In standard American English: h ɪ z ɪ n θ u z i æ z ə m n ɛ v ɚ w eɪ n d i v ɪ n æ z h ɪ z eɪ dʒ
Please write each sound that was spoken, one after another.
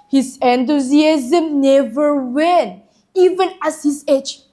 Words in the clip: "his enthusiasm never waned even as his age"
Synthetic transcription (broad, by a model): h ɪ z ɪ n t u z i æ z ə m n ɛ v ɚ w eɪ n i v ɪ n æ s h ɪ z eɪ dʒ